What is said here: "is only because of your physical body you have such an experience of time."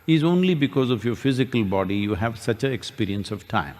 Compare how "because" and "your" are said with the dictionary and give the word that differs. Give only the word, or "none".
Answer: none